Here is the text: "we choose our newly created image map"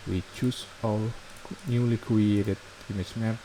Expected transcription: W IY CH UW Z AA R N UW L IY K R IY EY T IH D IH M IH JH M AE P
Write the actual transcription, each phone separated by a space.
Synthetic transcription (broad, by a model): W IY CH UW S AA L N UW L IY K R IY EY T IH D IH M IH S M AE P